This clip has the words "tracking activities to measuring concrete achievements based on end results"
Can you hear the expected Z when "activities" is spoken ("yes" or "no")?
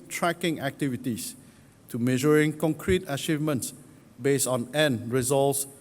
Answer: no